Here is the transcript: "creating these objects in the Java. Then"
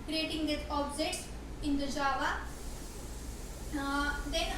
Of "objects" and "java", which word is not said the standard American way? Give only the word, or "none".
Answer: objects